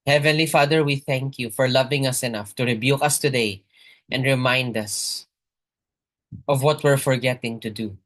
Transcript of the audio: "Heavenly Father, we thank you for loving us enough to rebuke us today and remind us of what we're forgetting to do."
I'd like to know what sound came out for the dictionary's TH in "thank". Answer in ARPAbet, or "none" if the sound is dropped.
TH